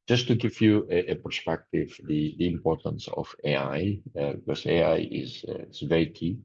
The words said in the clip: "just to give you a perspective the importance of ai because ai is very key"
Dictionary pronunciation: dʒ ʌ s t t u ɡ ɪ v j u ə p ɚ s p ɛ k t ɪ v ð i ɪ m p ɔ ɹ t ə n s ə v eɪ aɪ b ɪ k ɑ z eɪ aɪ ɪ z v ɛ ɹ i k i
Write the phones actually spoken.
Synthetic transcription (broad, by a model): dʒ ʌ s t t u ɡ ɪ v j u ə p ɚ s p ɛ k t ɪ v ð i ɪ m p ɔ ɹ t ə n s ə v eɪ aɪ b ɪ k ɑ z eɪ aɪ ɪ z v ɛ ɹ i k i